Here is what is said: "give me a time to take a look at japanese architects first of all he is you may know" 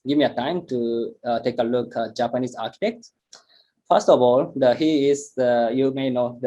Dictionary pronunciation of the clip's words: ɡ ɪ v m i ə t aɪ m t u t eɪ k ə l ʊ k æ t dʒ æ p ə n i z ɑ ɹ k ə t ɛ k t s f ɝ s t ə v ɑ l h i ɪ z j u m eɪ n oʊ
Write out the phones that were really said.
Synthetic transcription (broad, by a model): ɡ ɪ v m i ə t aɪ m t u t eɪ k ə l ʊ k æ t dʒ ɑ p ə n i s ɑ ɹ k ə t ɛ k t f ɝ s t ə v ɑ l h i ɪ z j u m eɪ n oʊ